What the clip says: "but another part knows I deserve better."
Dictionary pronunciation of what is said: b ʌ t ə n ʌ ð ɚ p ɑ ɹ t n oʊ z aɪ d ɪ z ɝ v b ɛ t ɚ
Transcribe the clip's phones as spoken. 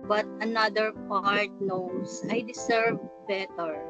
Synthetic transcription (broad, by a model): b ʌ t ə n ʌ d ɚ p ɑ ɹ t n oʊ s aɪ d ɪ s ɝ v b ɛ t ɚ